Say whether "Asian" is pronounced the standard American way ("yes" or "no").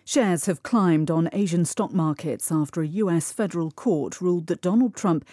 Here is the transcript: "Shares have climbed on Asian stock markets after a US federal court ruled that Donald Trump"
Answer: yes